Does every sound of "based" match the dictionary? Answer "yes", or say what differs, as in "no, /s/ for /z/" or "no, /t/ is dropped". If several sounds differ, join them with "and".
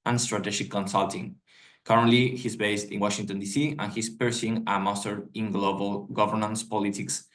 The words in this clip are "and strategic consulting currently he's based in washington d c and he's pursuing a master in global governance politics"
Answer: yes